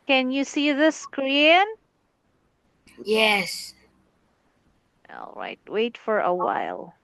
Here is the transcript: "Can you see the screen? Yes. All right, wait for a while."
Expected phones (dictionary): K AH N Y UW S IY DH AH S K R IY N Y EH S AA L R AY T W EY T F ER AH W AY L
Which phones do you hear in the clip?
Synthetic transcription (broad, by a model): K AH N Y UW S IY DH AH S K R IY N Y EH S AA L R AY T W EY T F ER AH W AY L